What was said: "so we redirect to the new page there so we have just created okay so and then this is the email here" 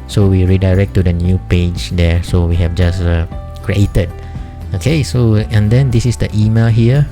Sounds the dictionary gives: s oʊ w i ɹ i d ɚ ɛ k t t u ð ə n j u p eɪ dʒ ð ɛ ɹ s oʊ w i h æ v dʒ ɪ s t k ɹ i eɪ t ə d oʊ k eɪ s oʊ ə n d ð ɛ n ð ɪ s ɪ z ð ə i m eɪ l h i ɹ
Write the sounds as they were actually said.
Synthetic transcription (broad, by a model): s oʊ w i ɹ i d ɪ ɛ k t t u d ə n j u p eɪ dʒ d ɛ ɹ s oʊ w i h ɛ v dʒ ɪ s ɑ k ɹ i eɪ t ə d oʊ k eɪ s oʊ ə n d ɛ n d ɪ s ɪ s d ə i m eɪ l h i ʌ